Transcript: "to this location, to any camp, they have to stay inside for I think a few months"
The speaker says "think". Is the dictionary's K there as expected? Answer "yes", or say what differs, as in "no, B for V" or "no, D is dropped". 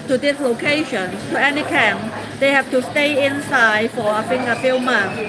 no, K is dropped